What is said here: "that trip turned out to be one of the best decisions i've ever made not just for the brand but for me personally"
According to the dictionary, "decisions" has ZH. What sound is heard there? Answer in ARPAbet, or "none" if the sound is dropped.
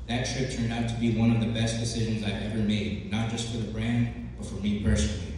ZH